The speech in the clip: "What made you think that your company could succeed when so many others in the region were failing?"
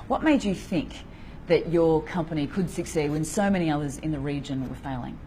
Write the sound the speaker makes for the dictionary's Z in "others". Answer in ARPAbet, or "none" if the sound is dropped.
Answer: Z